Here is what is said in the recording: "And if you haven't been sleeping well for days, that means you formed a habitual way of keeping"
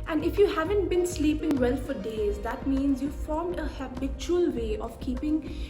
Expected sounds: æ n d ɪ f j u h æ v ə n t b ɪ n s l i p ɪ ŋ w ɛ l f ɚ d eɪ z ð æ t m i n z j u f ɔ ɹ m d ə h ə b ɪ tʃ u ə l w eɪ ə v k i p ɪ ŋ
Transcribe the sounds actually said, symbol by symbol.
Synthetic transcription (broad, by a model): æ n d ɪ f j u h æ v ə n t b ɪ n s l i p ɪ ŋ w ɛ l f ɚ d eɪ z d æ t m i n z j u f ɔ ɹ m d ə h ə b ɪ tʃ u ə l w eɪ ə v k i p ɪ ŋ